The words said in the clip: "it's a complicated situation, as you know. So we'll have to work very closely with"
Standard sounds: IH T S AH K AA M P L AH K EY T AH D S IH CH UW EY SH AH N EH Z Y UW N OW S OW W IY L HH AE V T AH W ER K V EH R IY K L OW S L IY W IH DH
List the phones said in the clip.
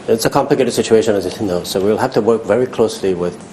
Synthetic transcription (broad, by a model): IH T S AH K AA M P L AH K EY T AH D S IH CH UW EY SH AH N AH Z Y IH N OW S OW W IY L HH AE F T AH W ER K V EH R IY K L OW S L IY W IH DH